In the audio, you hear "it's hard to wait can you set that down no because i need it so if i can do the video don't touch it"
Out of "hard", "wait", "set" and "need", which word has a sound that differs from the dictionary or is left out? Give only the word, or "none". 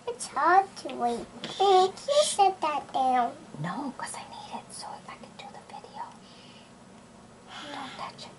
set